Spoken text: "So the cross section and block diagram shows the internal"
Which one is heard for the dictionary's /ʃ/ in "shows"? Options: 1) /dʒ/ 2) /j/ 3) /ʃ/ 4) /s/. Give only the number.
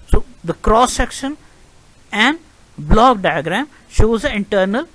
3